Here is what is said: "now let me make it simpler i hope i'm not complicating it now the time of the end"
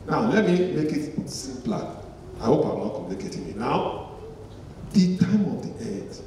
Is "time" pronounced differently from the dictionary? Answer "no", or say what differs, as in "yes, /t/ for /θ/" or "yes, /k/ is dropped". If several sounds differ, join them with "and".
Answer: no